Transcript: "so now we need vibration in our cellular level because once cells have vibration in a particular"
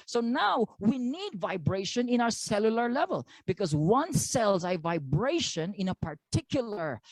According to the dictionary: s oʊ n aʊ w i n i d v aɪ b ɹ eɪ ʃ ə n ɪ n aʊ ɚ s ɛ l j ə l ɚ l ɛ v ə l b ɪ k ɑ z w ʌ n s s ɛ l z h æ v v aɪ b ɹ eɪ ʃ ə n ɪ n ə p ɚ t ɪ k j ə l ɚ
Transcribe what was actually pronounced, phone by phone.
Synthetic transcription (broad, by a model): s oʊ n aʊ w i n i d v aɪ b ɹ eɪ ʃ ə n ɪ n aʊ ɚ s ɛ l j ə l ɚ l ɛ v ə l b ɪ k ɑ z w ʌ n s s ɛ l z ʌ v v aɪ b ɹ eɪ ʃ ə n ɪ n ə p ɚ t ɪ k j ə l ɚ